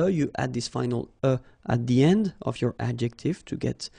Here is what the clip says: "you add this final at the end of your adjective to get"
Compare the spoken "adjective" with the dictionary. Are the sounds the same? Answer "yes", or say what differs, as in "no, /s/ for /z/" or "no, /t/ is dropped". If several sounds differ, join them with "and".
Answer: yes